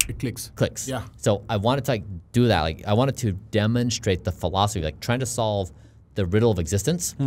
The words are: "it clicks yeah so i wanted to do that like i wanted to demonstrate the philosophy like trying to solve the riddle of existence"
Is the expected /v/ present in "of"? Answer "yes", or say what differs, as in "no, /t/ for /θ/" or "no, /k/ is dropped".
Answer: yes